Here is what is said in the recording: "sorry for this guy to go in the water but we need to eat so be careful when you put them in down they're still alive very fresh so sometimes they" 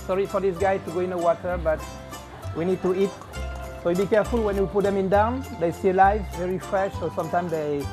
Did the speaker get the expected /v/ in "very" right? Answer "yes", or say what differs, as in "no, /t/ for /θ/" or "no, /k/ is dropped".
yes